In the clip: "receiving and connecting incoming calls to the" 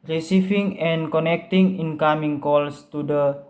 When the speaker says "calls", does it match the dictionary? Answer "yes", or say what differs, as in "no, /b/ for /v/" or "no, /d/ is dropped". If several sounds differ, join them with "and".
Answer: no, /s/ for /z/